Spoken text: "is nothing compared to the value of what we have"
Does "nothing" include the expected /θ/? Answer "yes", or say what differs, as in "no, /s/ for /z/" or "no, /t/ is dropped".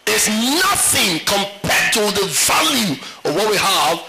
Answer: yes